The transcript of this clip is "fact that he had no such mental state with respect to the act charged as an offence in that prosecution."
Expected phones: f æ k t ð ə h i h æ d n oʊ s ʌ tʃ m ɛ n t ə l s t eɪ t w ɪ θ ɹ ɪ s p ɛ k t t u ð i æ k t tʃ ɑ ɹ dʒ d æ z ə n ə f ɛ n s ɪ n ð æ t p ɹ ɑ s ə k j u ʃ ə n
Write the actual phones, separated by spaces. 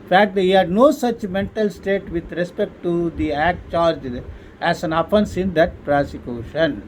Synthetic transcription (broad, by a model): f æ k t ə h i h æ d n oʊ s ʌ tʃ m ɛ n t ə l s t eɪ t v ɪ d ɹ ɪ s p ɛ k t t u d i æ k t tʃ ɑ ɹ dʒ æ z ə n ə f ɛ n s ɪ n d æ t p ɹ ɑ s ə k j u ʃ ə n